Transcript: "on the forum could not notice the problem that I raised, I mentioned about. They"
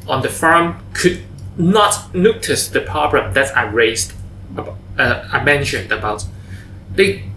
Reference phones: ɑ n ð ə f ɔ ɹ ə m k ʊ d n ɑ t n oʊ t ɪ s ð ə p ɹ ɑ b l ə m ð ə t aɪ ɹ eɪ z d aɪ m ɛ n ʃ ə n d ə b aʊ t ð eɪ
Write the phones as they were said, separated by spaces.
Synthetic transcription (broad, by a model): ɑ n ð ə f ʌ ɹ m k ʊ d n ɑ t n oʊ t ɪ s ð ə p ɑ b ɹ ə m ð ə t aɪ ɹ eɪ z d aɪ m ɛ n ʃ ə n d ə b aʊ t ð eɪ